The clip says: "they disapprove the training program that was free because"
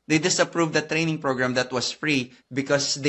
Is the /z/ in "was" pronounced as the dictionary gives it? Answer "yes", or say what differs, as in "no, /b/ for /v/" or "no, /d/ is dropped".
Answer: no, /s/ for /z/